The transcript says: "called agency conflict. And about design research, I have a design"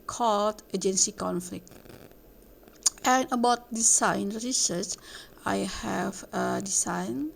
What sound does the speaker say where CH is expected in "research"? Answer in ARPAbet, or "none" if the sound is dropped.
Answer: S